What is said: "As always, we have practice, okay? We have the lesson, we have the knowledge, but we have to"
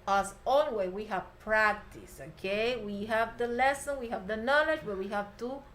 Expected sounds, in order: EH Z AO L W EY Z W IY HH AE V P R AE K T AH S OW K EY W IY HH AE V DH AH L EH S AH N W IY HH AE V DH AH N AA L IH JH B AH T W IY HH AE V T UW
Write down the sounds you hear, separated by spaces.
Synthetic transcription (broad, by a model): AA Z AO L W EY W IY HH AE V P R AE K T AH S OW K EY W IY HH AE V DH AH L EH S AH N W IY HH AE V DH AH N AA L IH JH B AH T W IY HH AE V T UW